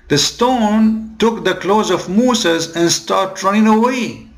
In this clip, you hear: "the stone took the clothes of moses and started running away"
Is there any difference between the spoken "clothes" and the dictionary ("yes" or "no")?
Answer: no